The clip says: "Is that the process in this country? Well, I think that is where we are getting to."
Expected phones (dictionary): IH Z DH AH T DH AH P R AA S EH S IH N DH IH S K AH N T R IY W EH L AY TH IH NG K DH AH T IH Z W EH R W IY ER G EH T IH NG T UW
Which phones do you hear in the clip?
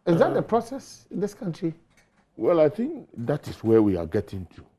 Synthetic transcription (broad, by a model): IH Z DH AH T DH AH P R AA S EH S IH N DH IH S K AH N T R IY W EH L AY TH IH NG K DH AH T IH S W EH W IY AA G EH T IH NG T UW